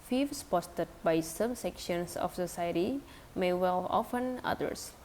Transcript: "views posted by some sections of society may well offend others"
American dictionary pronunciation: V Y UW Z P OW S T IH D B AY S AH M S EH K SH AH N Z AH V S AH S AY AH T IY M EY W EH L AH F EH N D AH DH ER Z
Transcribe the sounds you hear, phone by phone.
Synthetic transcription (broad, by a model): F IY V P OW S T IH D B AY S AH M S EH K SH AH N S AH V S AH S AY AH T IY M EY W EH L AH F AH N AH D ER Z